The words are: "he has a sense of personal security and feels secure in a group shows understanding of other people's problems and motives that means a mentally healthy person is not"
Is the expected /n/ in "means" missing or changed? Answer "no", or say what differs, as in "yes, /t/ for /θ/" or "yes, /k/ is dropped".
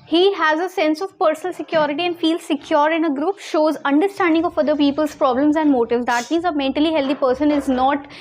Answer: no